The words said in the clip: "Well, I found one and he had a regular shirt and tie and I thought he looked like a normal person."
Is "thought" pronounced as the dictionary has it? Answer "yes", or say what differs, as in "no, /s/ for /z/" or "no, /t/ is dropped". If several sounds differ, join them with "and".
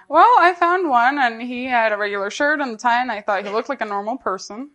yes